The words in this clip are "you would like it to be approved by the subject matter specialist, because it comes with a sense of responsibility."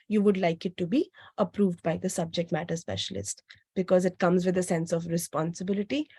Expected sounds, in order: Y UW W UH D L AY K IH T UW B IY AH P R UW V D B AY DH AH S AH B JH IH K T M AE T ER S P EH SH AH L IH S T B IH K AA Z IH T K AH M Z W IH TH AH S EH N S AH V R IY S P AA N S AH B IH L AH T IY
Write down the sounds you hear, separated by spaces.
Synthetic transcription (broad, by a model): Y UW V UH D L AY K IH T UW B IY AH P R UW V D B AY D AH S AH B JH IH K T M AE T ER S P EH SH AH L IH S T B IH K AA Z IH T K AH M Z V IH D AH S EH N S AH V R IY S P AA N S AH B IH L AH T IY